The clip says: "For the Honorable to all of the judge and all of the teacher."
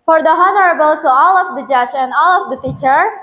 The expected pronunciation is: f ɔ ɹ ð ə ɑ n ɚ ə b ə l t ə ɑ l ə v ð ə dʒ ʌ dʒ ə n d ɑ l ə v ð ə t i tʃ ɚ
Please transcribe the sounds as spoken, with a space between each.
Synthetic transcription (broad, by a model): f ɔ ɹ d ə ɑ n ɚ ə b ə l s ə ɑ l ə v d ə dʒ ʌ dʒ ə n d ɑ l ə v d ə t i tʃ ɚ